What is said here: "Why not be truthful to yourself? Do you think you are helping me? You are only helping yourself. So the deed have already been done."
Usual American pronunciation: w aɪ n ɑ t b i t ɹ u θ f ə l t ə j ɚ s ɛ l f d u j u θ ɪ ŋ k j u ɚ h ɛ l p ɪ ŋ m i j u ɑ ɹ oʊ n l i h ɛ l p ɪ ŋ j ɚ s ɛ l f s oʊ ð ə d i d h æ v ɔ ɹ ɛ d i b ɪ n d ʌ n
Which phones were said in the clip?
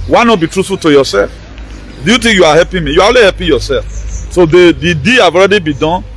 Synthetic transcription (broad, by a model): w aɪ n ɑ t b i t ɹ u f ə t ə j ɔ s ɛ l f d u j u t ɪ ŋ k j u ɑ h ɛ p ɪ m i j u ɑ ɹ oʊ l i h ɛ p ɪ j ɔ s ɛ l f s oʊ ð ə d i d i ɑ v ɔ ɹ ɛ d i b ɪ d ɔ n